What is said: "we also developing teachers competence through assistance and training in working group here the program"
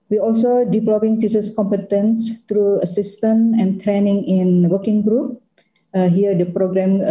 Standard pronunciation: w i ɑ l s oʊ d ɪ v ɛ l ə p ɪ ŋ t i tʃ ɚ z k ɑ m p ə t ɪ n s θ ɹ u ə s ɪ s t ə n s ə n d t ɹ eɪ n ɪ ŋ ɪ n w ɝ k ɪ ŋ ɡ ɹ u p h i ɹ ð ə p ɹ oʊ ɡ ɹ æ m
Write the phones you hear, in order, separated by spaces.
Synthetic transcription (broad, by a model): w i ɑ l s oʊ d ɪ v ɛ l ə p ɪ ŋ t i s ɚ s k ɑ m p ə t ɪ n s t ɹ u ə s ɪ s t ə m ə n t ɹ eɪ n ɪ ŋ ɪ n w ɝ k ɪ ŋ ɡ ɹ u p h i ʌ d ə p ɹ oʊ ɡ ɹ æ m